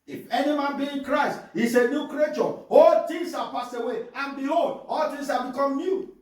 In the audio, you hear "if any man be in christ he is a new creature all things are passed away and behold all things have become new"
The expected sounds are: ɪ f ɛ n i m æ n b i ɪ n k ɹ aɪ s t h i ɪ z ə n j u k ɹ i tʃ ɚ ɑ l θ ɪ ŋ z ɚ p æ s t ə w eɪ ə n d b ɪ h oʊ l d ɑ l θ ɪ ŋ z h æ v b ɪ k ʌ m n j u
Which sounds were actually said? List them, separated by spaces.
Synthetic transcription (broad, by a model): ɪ f ɛ n i m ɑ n b i ɪ n k ɹ aɪ s t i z ə n j u k ɹ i tʃ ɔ ɑ l t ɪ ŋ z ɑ p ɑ s ə w eɪ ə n b ɪ h oʊ l d ɑ l t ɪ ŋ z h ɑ b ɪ k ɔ m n j u